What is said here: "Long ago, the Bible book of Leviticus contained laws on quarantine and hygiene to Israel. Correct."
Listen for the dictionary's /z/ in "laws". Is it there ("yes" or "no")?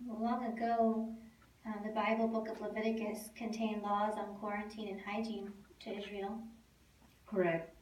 yes